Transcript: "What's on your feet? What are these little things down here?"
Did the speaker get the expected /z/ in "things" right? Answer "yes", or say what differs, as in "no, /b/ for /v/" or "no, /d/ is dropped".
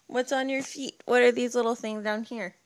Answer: yes